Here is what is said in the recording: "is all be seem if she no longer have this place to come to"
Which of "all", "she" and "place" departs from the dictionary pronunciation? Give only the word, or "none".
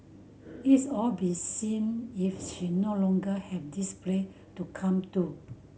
place